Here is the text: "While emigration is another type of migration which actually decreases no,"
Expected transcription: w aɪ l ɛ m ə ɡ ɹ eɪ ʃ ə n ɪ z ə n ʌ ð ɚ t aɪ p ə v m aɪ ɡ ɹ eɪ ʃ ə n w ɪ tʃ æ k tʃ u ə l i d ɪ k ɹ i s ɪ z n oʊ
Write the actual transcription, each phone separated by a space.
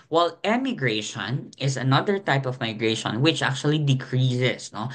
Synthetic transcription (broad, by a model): w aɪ l ɛ m ə ɡ ɹ eɪ ʃ ə n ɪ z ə n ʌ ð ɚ t aɪ p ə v m aɪ ɡ ɹ eɪ ʃ ə n w ɪ tʃ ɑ k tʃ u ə l i d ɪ k ɹ i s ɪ s n oʊ